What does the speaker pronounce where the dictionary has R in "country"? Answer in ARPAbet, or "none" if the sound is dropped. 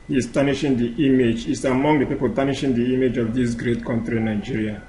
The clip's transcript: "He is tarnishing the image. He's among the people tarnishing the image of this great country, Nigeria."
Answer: R